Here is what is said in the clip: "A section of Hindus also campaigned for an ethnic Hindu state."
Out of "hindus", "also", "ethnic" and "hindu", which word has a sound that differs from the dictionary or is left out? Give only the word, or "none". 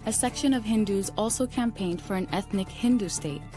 none